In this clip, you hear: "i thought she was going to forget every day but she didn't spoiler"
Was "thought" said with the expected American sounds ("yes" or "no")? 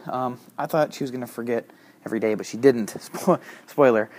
yes